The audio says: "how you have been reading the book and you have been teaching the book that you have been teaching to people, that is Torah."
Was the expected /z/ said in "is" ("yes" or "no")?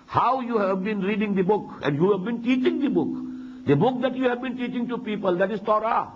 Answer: no